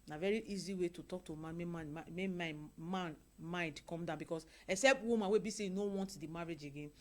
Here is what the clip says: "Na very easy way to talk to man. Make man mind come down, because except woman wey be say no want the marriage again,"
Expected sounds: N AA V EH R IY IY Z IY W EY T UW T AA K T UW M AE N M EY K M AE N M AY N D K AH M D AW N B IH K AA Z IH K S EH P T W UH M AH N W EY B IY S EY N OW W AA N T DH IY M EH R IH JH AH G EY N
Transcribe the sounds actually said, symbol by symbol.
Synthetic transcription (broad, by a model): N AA V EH R IY IY Z IY W EY T UW T AA K T UW M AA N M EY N M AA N M AY N D K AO M D AW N B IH K AA S IH K S EH P T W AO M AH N W EY B IY S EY N OW W AA N T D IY M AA R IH JH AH G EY N